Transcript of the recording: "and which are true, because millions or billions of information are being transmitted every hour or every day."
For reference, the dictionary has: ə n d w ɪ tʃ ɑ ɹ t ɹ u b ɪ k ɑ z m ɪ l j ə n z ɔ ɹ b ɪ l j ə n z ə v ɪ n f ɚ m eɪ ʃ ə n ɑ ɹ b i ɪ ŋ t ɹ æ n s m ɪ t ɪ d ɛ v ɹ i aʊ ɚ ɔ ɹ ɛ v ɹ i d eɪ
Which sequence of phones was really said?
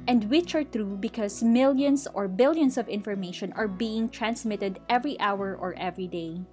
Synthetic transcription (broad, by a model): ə n d w ɪ tʃ ɑ ɹ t ɹ u b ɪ k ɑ s m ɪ l j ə n s ɔ ɹ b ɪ l j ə n s ə v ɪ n f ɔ m eɪ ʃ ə n ɑ ɹ b i ɪ ŋ t ɹ æ n s m ɪ t ɪ d ɛ v ɹ i aʊ ɚ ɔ ɹ ɛ v ɹ i d eɪ